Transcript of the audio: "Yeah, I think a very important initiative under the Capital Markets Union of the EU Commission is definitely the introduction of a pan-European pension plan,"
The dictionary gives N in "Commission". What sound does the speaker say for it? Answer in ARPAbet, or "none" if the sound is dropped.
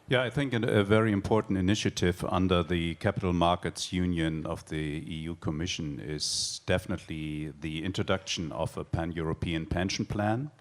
N